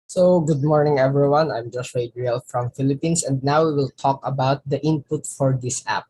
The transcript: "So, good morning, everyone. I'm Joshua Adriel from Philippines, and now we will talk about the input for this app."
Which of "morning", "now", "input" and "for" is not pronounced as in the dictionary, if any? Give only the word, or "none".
none